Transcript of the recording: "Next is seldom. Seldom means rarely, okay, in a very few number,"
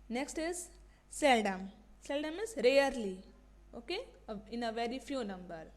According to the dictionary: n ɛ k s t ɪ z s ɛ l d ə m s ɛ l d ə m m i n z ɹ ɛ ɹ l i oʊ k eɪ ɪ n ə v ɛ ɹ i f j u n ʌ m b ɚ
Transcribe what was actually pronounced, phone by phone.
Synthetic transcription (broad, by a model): n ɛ k s t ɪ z s ɛ l d ə m s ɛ l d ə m m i z ɹ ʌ ɹ l i oʊ k eɪ ɪ n ə v ɛ ɹ i f j u n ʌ m b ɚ